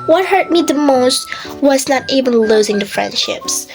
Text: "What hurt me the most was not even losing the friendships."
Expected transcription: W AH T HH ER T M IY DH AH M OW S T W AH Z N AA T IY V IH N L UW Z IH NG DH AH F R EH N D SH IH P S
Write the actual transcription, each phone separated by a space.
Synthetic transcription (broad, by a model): W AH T HH ER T M IY DH AH M OW S T W AH Z N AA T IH B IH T L UW Z IH NG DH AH F R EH N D SH IH P S